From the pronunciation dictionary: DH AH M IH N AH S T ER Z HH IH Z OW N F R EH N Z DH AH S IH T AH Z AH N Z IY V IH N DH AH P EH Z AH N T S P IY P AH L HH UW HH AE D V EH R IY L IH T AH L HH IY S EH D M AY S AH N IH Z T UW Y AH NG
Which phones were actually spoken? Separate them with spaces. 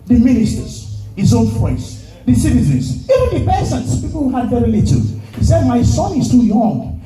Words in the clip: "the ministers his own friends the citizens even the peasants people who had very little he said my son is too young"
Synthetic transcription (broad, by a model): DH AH M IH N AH S T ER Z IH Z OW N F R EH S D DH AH S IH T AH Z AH N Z IY V IH N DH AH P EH S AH N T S P IY P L HH UW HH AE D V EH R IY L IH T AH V HH IY S EH D M AY S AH N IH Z T UW Y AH NG